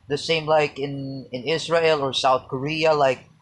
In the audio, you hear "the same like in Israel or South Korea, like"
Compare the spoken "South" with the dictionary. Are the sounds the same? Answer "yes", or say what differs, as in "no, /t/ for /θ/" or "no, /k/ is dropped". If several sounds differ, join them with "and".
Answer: yes